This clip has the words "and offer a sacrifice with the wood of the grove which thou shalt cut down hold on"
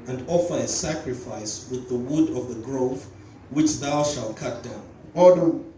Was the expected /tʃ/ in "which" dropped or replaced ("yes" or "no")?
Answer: no